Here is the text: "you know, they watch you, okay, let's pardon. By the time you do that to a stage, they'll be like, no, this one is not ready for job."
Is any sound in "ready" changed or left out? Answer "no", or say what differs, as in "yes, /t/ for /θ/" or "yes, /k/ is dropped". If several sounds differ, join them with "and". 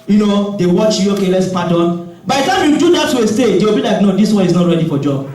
no